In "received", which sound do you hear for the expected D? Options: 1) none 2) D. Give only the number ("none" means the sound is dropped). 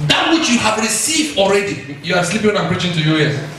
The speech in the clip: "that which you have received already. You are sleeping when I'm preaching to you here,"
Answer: 2